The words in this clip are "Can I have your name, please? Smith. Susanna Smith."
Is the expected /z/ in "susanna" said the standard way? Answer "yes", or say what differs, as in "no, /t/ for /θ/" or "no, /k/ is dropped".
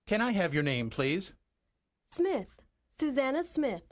yes